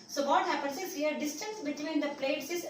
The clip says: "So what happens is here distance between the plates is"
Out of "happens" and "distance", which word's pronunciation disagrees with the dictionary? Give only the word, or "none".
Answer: happens